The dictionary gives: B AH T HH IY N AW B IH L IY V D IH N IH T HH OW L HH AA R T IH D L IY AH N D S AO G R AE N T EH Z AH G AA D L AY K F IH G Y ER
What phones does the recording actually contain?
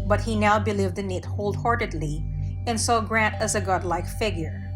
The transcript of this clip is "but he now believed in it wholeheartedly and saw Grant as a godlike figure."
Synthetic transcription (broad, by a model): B AH T HH IY N AW B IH L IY V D IH N IH T HH OW L HH AA R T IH D L IY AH N S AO G R AE N T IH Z AH G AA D L AY K F IH G Y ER